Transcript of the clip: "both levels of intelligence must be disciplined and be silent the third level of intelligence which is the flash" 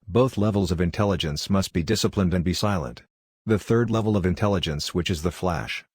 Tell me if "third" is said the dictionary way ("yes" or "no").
yes